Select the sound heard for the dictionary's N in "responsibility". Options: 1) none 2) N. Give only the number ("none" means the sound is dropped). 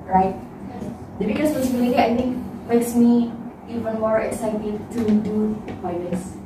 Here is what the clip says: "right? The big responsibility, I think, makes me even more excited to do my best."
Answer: 1